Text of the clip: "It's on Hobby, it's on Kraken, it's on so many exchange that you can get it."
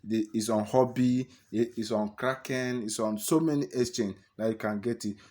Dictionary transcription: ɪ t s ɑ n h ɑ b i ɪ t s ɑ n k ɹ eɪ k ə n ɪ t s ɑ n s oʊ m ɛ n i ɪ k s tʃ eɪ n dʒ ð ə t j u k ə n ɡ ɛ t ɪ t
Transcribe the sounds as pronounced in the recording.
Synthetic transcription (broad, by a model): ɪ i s ɑ n h ɑ b i ɪ t s ɑ n k ɹ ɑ k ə n ɪ t s ɑ n s oʊ m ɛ n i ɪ s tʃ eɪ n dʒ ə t j u k ə n ɡ ɛ t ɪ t